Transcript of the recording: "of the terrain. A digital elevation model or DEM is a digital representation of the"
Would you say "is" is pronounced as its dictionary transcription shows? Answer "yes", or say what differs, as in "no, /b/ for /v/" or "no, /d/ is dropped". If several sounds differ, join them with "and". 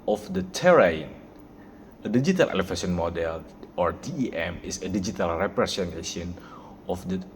no, /s/ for /z/